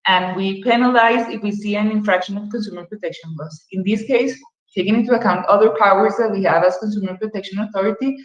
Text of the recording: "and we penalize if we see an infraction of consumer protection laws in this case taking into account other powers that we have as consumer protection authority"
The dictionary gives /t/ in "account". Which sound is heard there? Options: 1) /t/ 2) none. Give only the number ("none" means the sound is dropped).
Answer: 1